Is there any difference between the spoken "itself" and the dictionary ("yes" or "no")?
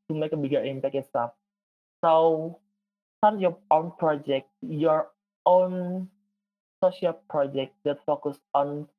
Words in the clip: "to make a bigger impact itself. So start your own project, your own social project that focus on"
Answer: yes